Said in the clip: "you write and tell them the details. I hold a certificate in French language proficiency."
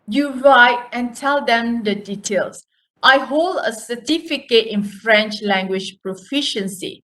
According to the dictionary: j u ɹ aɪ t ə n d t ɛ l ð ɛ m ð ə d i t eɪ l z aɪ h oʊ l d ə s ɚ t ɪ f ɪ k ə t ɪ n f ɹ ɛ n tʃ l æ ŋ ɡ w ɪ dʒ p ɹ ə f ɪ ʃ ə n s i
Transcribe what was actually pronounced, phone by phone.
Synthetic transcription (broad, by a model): j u ɹ aɪ t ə n t ɛ l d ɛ m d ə d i t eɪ l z aɪ h oʊ l d ə s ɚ t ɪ f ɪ k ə t ɪ n f ɹ ɛ n tʃ l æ ŋ ɡ w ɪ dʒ p ɹ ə f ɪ ʃ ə n s i